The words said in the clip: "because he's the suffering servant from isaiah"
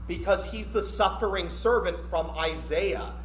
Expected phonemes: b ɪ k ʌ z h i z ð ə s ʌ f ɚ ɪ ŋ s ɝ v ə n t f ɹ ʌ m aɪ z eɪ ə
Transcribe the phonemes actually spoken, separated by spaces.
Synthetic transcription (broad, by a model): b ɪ k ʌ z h i z ð ə s ʌ f ɚ ɪ ŋ s ɝ v ə n t f ɹ ʌ m aɪ z eɪ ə